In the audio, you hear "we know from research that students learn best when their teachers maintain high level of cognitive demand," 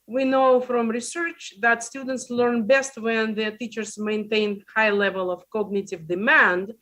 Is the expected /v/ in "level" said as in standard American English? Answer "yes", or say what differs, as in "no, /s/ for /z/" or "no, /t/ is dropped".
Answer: yes